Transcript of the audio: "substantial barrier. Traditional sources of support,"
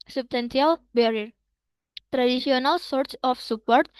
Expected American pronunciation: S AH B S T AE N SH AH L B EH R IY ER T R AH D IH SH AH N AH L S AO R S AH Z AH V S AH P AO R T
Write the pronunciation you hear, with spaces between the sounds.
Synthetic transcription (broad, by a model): S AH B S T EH N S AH L B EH R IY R T R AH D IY S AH N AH L S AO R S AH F S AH P AO R T